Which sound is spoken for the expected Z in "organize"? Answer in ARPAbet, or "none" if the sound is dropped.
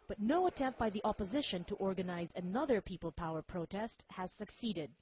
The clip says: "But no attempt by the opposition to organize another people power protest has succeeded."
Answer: Z